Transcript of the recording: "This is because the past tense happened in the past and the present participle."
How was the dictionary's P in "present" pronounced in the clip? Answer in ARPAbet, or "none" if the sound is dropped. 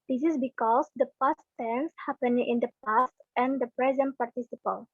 P